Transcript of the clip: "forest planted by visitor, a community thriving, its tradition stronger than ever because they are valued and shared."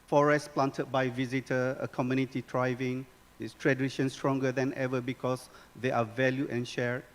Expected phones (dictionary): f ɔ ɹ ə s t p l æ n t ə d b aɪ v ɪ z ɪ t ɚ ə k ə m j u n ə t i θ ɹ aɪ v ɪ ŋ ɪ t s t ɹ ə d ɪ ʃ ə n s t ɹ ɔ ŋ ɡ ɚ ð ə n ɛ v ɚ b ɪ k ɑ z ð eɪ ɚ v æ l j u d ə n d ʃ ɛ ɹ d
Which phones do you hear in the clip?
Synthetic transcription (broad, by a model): f ɔ ɹ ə s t p l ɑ n t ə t b aɪ v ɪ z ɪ t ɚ ə k ə m j u n ə t i t ɹ aɪ v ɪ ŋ ɪ t s t ɹ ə d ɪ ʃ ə n s t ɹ ɔ ŋ ɡ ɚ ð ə n ɛ v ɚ b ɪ k ɑ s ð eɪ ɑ v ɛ l j u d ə n ʃ ɛ ɹ